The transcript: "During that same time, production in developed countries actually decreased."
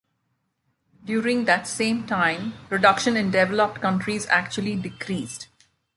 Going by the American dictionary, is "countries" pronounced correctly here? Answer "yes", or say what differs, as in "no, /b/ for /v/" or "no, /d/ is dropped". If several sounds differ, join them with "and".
yes